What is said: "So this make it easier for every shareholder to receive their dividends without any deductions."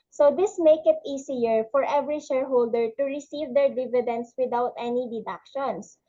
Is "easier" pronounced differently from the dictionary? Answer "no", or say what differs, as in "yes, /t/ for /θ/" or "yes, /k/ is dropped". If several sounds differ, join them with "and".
yes, /s/ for /z/